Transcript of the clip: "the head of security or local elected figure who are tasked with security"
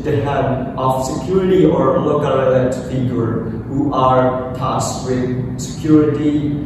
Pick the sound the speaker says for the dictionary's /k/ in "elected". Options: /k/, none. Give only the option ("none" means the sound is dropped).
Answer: none